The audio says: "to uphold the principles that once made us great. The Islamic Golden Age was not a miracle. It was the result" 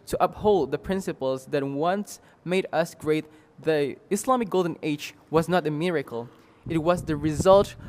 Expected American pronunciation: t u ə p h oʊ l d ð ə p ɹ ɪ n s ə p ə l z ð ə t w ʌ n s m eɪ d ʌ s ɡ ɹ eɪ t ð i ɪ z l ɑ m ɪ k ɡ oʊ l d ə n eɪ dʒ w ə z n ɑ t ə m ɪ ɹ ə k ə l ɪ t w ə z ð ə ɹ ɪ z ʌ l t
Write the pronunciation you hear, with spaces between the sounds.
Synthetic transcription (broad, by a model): t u ə p h oʊ l d ð ə p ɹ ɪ n s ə p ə l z ð ə t w ʌ n s m eɪ d ʌ s ɡ ɹ eɪ t ð i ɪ s l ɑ m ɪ k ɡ oʊ l d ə n eɪ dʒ w ə z n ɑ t ə m ɪ ɹ ə k ə l ɪ t w ə z ð ə ɹ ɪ z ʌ l t